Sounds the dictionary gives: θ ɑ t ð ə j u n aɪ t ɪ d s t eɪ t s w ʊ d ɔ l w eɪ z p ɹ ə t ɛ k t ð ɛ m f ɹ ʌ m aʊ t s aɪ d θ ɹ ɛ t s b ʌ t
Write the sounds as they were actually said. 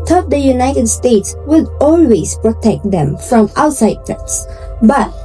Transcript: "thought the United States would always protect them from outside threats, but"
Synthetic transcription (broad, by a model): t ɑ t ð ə j u n aɪ t ɪ d s t eɪ t s w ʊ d ɔ l w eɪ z p ɹ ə t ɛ k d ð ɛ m f ɹ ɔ m aʊ t s aɪ d t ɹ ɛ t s b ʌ t